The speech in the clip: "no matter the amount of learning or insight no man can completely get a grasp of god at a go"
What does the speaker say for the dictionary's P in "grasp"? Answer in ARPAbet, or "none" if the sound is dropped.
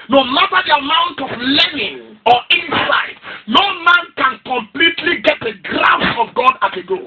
none